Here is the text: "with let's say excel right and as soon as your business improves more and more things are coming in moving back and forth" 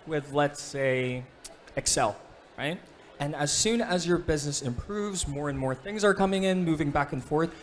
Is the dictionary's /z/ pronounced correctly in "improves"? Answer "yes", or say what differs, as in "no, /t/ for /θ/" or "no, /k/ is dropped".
yes